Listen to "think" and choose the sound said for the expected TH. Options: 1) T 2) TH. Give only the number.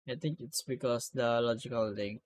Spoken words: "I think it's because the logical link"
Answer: 1